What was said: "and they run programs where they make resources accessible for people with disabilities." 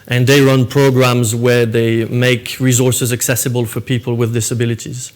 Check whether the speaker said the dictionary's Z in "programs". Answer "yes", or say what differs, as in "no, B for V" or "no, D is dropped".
yes